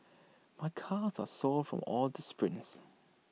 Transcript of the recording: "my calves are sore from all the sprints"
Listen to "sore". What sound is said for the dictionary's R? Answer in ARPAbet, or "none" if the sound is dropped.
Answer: L